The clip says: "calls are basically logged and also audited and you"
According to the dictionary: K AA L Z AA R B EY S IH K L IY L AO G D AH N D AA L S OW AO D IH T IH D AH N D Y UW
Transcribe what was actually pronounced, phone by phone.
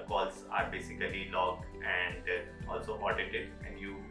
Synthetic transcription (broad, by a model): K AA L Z AA R B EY S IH K L IY L AO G AH N D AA L S OW AO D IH T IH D AH N D Y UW